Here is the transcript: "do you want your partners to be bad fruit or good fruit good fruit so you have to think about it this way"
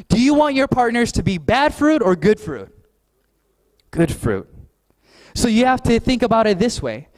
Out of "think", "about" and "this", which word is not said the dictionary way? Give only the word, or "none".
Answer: none